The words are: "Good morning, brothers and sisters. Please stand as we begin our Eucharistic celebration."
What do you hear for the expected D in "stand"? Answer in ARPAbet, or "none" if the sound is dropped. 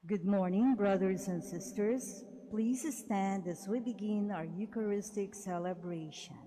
D